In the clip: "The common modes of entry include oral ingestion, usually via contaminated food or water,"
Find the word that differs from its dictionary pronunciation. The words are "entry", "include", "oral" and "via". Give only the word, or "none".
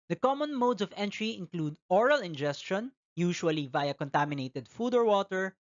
none